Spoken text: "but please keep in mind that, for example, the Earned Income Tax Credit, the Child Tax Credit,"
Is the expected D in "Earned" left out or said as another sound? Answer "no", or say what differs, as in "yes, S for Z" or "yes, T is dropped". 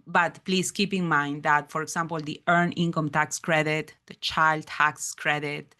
yes, D is dropped